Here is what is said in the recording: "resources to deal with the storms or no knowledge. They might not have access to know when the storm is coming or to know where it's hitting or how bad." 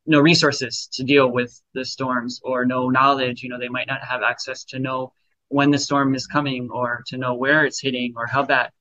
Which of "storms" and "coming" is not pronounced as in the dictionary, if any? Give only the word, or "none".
none